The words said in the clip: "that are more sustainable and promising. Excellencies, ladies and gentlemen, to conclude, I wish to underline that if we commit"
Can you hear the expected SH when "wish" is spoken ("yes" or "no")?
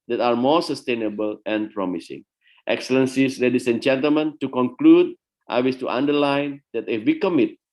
no